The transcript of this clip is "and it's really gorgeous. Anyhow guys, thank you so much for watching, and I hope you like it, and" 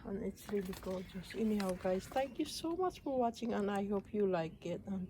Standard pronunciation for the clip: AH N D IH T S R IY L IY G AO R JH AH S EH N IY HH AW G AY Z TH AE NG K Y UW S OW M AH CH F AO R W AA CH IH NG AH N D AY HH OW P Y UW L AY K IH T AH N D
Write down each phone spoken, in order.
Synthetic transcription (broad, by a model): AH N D IH T S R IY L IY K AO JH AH S EH N IY HH AW G AY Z T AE NG K Y UW S OW M AH CH F AO R W AA CH IH NG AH N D AY HH OW P Y UW L AY K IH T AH N